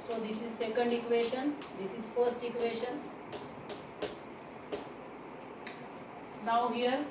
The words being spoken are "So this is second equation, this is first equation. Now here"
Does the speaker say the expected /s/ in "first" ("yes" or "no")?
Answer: yes